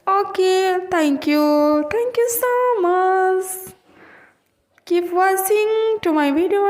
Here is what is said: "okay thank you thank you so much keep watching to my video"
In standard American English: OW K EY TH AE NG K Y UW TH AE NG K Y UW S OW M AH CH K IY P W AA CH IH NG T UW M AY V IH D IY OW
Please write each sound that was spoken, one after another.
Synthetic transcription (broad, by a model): OW K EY T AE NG K Y UW T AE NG K Y UW S OW M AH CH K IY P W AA S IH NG T UW M AY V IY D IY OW